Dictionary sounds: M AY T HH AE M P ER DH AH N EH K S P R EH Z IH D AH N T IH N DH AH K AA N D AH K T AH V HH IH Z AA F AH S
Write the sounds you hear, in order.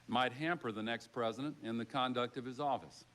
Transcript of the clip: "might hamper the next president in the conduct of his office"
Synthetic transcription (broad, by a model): M AY T HH AE M P ER DH AH N EH K S P R EH Z IH D AH N T IH N DH AH K AA N D AH K T AH V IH Z AA F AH S